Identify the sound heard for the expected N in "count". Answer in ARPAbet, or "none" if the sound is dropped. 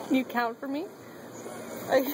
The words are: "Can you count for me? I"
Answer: N